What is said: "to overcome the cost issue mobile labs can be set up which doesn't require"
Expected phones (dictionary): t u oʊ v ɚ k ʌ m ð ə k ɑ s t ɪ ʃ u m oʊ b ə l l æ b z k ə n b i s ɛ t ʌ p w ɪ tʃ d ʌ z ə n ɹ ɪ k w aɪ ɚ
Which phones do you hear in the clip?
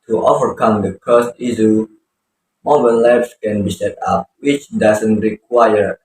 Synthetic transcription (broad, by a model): t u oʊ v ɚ k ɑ m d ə k ɑ s t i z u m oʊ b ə n l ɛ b s k ə n b i s ɛ t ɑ p w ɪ tʃ d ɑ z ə n ɹ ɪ k w aɪ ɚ